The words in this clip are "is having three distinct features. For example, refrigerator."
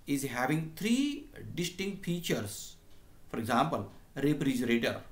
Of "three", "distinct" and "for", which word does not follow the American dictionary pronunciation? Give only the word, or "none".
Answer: three